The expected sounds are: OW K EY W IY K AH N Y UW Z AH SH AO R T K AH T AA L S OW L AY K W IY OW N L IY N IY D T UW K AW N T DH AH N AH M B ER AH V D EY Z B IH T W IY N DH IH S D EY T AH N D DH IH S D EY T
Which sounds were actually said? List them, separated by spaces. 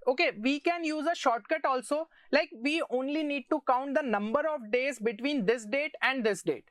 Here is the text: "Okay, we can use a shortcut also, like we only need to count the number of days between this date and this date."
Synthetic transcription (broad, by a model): OW K EY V IY K AH N Y UW Z AH SH AO R T K AH T AA L S OW L AY K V IY OW N L IY N IY D T UW K AW N T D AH N AH M B ER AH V D EY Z B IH T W IY N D IH S D EY T AH N D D IH S D EY T